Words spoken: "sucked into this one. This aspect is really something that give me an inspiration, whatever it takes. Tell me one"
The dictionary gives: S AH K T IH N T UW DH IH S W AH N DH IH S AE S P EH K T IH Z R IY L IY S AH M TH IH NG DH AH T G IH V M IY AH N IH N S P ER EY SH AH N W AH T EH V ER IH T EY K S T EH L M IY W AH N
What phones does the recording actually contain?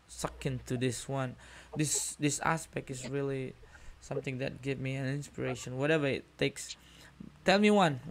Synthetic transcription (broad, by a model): S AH K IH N T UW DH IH S W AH N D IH S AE S P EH K T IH S R IY L IY S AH M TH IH NG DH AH T G IH V M IY AH N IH N S P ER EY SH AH N W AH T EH V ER IH T EY K S T EH L M IY W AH N